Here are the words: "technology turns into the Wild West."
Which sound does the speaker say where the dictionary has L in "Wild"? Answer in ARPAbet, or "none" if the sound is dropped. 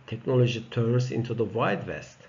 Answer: none